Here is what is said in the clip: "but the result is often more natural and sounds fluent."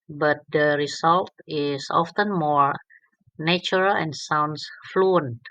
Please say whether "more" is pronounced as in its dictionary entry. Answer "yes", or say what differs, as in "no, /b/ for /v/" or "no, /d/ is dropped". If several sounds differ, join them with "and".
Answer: yes